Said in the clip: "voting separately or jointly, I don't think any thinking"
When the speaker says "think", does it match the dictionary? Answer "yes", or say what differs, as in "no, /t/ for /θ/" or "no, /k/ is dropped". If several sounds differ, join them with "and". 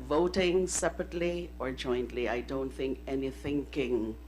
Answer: yes